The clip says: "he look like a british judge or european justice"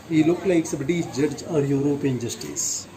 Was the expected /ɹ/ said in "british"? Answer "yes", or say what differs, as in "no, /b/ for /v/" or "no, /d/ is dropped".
no, /ɹ/ is dropped